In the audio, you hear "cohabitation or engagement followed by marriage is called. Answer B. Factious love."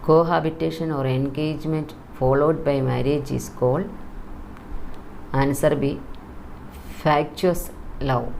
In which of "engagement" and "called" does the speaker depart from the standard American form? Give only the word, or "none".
called